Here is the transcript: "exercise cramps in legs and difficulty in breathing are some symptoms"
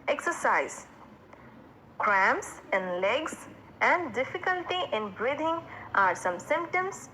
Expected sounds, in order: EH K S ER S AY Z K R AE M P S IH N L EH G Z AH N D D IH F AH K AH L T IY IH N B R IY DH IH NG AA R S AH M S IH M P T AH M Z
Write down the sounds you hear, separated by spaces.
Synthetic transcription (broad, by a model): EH K S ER S AY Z K R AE M S IH N L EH G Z AH N D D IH F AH K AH L T IY IH N B R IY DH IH NG AA R S AH M S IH M P T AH M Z